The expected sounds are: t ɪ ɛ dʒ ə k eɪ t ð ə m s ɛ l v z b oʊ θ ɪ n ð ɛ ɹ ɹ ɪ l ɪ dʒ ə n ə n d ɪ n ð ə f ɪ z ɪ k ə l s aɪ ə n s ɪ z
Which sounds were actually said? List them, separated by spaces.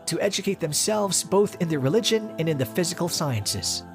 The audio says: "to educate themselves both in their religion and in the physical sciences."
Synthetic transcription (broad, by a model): t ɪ ɛ dʒ ə k eɪ t ð ə m s ɛ l v z b oʊ θ ɪ n ð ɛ ɹ ɹ ɪ l ɪ dʒ ə n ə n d ɪ n ð ə f ɪ z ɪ k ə l s aɪ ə n s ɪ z